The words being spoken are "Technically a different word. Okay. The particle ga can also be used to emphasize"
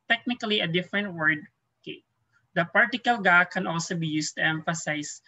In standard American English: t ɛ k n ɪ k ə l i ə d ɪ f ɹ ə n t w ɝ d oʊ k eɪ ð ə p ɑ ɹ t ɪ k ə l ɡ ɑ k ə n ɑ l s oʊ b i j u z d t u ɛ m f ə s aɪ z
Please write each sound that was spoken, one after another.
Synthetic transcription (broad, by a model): t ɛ k n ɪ k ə l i ə d ɪ f ɹ ə n t w ɝ d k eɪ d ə p ɑ ɹ t ɪ k ə l ɡ ɑ k ə n ɑ l s oʊ b i j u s t u ɛ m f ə s aɪ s